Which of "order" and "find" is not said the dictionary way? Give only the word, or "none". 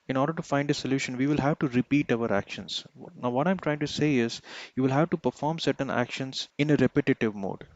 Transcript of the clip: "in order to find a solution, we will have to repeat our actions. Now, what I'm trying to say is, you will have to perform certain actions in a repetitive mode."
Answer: none